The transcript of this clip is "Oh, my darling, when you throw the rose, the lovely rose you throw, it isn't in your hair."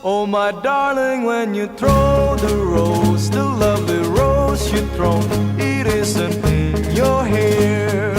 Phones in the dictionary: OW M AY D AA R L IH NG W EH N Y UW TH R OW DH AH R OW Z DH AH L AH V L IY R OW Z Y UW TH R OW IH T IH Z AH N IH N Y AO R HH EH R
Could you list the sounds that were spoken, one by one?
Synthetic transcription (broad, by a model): OW M AY D AA R L IH NG W EH N Y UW TH R OW DH AH R OW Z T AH L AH V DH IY R OW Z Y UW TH R OW IH T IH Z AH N IH N Y AO R HH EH R